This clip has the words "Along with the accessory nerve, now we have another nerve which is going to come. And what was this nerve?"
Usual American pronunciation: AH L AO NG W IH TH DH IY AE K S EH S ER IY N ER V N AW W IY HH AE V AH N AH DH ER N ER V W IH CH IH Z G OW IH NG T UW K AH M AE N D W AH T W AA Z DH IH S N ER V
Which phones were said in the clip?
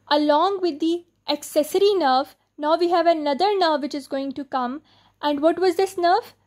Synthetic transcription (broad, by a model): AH L AO NG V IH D IY AE K S EH S ER IY N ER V N AW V IY HH AE V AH N AH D ER N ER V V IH CH IH Z G OW IH NG T UW K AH M AE N D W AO T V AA Z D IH S N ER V